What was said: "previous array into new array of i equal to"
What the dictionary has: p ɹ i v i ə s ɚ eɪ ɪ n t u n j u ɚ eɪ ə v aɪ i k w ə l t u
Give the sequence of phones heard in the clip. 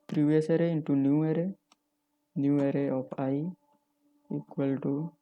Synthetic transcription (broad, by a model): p ɹ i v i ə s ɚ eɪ ɪ n t u n j u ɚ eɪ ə p aɪ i k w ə l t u